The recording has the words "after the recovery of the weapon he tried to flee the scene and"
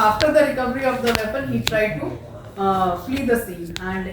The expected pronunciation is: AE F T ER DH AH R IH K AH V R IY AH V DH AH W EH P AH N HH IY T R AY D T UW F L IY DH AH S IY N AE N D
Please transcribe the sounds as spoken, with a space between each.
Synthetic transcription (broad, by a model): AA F T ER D AH R IH K AH V R IY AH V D AH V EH P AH N HH IY T R AY D T UW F L IY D AH S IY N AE N D